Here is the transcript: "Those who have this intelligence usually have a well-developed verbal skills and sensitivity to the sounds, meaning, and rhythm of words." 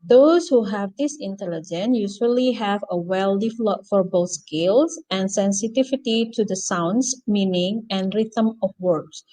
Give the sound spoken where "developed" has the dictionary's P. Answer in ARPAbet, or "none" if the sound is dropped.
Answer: none